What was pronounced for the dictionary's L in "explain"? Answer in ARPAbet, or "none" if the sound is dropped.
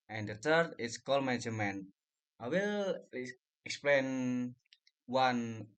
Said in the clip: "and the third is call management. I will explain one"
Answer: L